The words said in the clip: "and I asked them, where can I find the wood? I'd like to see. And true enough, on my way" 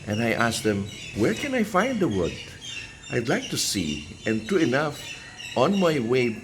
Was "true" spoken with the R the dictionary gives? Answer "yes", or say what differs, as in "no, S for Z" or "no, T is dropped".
no, R is dropped